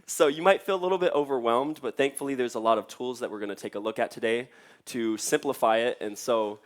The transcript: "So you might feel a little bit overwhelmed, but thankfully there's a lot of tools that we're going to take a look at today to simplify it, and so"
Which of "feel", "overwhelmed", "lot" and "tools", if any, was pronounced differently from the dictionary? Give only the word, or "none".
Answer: none